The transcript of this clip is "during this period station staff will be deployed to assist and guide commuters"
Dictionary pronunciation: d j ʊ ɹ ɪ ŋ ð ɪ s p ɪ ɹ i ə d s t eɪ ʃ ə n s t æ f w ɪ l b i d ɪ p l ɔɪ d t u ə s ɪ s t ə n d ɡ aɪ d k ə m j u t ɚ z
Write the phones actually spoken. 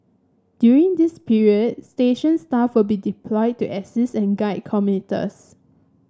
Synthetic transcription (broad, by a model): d j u ɹ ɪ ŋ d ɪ s p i ɹ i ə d s t eɪ ʃ ə n s t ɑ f w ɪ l b i d ɪ p l ɔɪ d t u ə s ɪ s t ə n ɡ aɪ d k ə m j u t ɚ s